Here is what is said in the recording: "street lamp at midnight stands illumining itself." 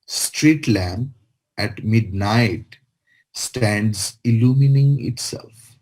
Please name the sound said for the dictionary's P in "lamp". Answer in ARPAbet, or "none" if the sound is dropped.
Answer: none